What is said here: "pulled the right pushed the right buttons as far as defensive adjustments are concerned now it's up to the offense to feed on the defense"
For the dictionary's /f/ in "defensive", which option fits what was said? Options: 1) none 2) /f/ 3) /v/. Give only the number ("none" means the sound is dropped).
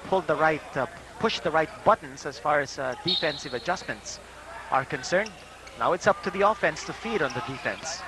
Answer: 2